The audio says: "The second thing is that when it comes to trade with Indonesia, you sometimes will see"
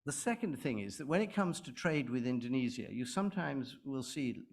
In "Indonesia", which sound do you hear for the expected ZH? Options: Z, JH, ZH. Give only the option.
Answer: Z